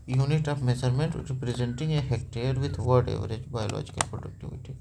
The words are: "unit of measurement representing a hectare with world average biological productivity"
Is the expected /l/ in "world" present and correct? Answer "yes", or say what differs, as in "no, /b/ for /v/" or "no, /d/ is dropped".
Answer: no, /l/ is dropped